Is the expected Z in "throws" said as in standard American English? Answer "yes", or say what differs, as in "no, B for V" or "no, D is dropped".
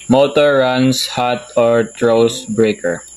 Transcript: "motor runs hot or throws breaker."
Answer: no, S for Z